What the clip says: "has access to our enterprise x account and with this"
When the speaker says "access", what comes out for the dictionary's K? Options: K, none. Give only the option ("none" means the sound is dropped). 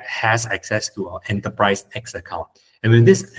K